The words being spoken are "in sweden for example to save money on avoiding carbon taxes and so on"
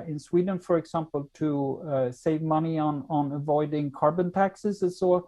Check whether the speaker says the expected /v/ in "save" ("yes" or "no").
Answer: yes